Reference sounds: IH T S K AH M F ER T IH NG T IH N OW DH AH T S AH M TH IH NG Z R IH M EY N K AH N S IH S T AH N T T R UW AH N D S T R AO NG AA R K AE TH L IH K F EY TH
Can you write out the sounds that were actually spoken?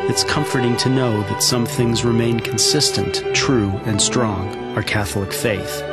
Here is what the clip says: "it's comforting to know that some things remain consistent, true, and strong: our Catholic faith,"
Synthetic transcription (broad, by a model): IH T S K AH M F ER T IH NG T IH N OW DH AH T S AH M TH IH NG Z R IH M EY N K N S IH S T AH N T T R UW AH N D S T R AO NG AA R K AE TH L IH K F EY TH